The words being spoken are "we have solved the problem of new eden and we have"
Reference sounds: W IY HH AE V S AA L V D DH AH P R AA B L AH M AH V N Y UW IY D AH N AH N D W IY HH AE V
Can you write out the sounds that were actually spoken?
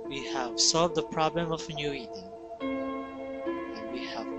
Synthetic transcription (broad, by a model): W IY HH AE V S AA L V D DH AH P R AA B L AH M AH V N Y UW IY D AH AH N W IY HH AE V